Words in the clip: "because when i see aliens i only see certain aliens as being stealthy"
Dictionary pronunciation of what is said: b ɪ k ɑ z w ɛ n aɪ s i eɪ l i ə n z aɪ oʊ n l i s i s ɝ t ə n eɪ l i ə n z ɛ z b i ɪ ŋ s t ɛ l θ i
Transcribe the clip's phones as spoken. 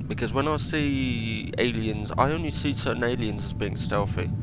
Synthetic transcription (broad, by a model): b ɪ k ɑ z w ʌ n aɪ s i eɪ l i ə n z aɪ oʊ n l i s i s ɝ t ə n eɪ l i ə n z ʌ z b i ɪ ŋ s t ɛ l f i